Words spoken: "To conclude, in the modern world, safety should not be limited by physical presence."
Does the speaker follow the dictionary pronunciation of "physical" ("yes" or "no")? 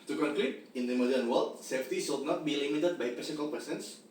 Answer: no